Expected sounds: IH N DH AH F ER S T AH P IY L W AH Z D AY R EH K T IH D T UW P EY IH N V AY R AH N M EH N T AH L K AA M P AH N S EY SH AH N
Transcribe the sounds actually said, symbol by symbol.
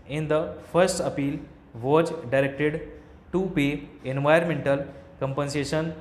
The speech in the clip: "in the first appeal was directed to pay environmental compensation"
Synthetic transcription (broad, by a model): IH N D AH F ER S T AH P IY L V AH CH D AY R EH K T IH D T UW P EY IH N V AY AH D M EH N T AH L K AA M P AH N S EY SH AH N